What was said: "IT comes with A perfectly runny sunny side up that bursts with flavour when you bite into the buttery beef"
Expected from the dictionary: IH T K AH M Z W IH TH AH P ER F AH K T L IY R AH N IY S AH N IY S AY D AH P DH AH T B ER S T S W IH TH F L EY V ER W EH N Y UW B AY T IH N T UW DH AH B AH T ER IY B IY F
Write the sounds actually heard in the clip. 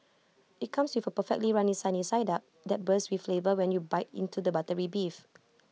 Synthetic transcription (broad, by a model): IH T K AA M S W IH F AH P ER F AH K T L IY R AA N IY S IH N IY S AY D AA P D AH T B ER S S W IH F L EY V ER W EH N Y UW B AY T IH N T UW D AH B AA T ER IY B IY F